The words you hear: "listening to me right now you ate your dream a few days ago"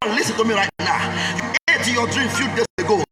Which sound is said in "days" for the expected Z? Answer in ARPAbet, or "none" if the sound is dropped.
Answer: S